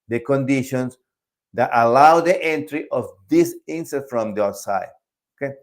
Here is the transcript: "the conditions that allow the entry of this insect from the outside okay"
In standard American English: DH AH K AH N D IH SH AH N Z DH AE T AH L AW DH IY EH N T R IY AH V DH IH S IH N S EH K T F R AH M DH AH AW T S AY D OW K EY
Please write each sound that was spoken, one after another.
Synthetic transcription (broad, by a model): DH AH K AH N D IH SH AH N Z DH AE T AH L AW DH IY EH N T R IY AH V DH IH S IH N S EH T F R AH M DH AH S AY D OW K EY